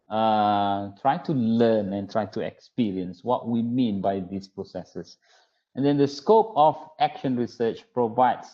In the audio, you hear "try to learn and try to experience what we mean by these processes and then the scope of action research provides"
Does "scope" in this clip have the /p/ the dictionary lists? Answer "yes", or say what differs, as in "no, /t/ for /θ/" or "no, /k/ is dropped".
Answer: yes